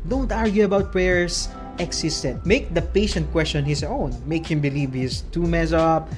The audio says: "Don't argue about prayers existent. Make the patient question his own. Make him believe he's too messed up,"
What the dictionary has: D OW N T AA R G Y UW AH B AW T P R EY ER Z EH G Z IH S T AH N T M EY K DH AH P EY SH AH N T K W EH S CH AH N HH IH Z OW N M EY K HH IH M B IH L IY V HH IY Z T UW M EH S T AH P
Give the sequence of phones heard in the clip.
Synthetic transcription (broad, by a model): D OW N T AA R G Y UW AH B AW T P R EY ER S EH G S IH S T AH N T M EY K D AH P EY SH AH N T K W EH S CH AH N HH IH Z OW N M EY K HH IH M B IH L IY V HH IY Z T UW M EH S AH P